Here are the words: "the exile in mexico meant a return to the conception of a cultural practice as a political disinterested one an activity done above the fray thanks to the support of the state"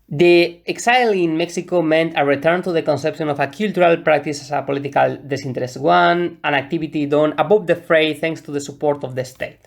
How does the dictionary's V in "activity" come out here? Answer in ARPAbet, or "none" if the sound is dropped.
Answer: B